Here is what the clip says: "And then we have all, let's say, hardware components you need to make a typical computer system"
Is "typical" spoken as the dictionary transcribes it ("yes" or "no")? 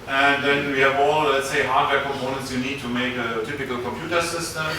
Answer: yes